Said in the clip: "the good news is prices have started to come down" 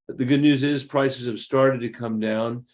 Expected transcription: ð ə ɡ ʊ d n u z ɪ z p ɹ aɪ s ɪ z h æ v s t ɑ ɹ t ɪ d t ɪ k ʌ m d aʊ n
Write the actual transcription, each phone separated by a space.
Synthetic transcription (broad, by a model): ð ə ɡ ʊ d n u z ɪ z p ɹ aɪ s ɪ z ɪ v s t ɑ ɹ t ɪ d t ɪ k ʌ m d aʊ n